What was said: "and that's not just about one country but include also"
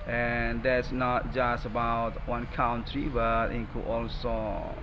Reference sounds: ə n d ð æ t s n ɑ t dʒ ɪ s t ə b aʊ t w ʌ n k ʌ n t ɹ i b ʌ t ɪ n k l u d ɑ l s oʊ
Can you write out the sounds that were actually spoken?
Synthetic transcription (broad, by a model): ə n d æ t s n ɑ t dʒ ɪ s t ə b aʊ t w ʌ n k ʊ n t ɹ i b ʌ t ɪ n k u ɑ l s oʊ